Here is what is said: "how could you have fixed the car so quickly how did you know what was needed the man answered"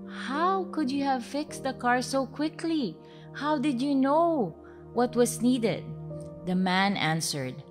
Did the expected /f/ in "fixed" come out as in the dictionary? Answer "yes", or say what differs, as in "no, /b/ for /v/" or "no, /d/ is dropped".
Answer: yes